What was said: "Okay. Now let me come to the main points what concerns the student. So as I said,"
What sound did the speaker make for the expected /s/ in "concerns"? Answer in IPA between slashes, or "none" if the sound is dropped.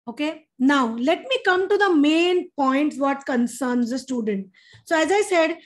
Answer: /s/